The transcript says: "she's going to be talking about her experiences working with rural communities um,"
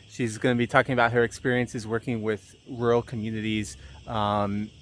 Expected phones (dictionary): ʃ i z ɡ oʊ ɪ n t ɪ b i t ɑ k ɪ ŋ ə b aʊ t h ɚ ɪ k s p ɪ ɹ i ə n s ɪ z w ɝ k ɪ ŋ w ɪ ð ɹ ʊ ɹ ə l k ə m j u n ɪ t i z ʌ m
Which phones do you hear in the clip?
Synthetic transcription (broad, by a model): ʃ i z ɡ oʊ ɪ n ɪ b i t ɑ k ɪ ŋ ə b aʊ t h ɚ ɪ k s p ɪ ɹ i ə n s ɪ z w ɝ k ɪ ŋ w ɪ ð ɹ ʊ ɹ l k ə m j u n ɪ t i z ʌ m